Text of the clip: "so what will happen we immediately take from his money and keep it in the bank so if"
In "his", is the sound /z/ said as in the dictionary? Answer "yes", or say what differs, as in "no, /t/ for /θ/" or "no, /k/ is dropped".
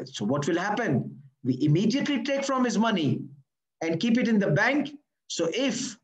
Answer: yes